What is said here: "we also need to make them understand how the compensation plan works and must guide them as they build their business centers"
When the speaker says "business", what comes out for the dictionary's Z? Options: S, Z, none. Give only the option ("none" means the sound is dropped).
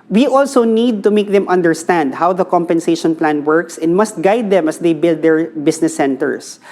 S